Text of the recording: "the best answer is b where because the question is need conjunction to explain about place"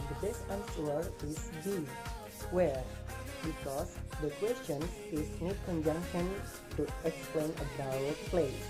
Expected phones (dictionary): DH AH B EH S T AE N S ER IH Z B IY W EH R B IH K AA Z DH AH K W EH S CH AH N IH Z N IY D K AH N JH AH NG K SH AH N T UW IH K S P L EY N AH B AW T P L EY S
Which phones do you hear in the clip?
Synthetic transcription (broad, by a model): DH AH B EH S AA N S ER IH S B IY W EH R B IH K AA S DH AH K W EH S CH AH N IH S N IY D K AH N JH AH NG K SH AH N T UW IH K S P L EY N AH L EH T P L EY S